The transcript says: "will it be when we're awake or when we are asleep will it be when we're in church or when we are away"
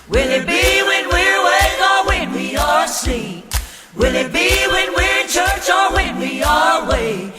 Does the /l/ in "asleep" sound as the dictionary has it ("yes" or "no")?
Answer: no